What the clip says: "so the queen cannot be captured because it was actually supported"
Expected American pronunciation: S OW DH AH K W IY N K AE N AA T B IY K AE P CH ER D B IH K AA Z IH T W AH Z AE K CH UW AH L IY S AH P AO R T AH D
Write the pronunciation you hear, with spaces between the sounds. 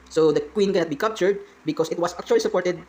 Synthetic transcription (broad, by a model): S OW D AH K W IY N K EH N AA T B IY K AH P CH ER D B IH K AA S IH T W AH S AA K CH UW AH L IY S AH P AO R T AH D